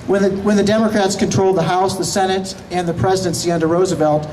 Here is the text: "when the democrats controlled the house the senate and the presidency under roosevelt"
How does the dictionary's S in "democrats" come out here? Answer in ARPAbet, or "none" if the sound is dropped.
S